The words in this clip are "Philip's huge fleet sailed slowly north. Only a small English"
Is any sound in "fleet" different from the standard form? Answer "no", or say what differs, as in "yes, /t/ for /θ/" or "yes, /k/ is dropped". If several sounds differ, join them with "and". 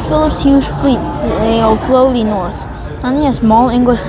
no